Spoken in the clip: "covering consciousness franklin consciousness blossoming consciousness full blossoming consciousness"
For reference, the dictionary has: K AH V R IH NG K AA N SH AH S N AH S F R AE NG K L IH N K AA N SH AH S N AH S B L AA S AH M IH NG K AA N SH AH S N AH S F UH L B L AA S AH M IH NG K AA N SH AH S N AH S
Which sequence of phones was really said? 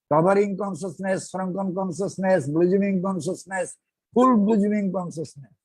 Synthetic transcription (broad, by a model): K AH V R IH NG K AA N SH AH S N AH S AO R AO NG K IH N K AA N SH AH S N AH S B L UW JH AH M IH NG K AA N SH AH S N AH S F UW L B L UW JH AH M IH NG K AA N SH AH S N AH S